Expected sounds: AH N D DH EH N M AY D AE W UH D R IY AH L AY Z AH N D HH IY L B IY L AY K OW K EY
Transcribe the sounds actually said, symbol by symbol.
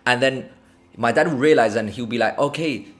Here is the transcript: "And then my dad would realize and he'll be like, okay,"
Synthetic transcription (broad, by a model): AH N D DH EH N M AY D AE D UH R IY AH L AY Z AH N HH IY W B IY L AY K OW K EY